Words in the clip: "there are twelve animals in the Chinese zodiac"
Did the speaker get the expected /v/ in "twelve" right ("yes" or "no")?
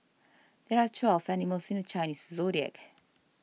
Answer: no